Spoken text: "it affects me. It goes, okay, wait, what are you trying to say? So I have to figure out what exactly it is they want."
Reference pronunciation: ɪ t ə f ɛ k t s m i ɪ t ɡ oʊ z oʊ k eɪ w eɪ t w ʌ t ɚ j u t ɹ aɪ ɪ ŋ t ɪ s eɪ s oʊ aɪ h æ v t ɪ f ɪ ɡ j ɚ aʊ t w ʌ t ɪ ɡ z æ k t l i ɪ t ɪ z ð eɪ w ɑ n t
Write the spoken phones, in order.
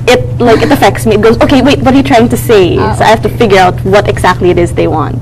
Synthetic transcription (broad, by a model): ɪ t ə f ɛ k t s m i ɪ t ɡ oʊ z oʊ k eɪ w eɪ t w ʌ t ɚ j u t ɹ aɪ ɪ ŋ t ɪ s eɪ s oʊ aɪ h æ f t ɪ f ɪ ɡ j ɚ aʊ t w ʌ t ɪ ɡ z æ k t l i ɪ t ɪ z ð eɪ w ɑ n t